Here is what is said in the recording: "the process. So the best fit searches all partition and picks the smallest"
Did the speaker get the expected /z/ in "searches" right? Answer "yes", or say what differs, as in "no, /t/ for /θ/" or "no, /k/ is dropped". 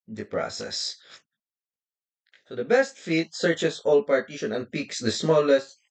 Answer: no, /s/ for /z/